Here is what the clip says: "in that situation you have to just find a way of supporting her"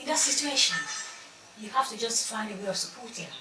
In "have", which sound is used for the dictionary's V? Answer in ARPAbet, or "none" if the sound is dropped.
F